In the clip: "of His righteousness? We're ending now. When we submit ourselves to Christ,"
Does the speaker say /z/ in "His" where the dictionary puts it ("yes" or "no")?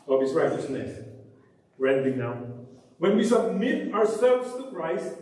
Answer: no